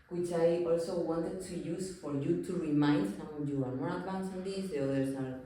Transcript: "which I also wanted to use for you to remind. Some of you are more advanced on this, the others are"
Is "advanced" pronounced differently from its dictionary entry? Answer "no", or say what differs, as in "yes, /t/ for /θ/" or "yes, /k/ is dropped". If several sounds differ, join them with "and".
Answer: yes, /t/ is dropped